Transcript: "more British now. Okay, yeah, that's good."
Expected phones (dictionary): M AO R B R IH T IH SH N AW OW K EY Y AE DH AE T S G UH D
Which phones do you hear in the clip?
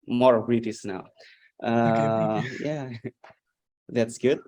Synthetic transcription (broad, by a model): M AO R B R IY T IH S N AW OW Y AE DH AE T S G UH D